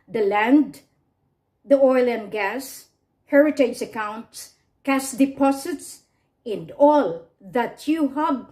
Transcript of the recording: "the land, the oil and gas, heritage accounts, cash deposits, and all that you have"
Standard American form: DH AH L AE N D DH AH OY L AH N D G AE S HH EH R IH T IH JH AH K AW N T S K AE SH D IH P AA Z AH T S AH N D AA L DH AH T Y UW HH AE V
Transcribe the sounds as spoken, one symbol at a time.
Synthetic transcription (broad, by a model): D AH L AE N D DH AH OY L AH N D G AE S HH EH R IH T IH JH AH K AW N T S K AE S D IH P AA S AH T S AH N D AA L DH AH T Y UW HH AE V